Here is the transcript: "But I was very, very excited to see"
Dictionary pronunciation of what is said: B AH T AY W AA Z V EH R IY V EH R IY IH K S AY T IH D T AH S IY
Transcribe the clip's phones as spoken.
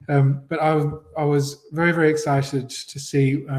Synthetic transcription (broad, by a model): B AH T AY W AA Z V EH R IY V EH R IY IH K S AY T IH D T AH S IY